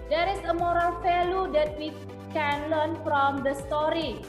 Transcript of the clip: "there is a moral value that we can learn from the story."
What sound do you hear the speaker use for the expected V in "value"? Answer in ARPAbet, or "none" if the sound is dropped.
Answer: F